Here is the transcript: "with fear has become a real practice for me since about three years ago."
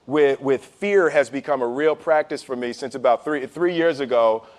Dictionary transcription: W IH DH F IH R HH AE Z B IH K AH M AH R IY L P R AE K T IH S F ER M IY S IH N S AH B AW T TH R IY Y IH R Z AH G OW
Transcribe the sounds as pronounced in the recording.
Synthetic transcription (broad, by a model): W IH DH F IH R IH Z B IH K AH M AH R IY L P R AE K T IH S F ER M IY S IH N S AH B AW T TH R IY Y IH R Z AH G OW